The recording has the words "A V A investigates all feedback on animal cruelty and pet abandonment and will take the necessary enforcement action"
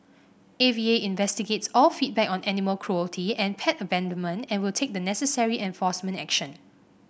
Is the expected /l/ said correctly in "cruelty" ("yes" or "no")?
yes